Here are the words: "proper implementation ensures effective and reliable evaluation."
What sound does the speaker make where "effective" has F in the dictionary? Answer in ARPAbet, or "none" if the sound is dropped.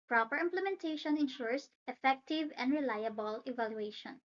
F